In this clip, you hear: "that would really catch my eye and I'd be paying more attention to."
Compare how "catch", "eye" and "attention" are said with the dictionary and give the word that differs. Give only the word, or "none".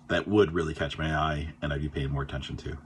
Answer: none